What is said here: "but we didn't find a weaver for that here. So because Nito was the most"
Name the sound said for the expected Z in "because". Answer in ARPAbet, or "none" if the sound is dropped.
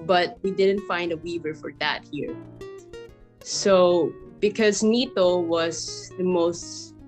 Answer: Z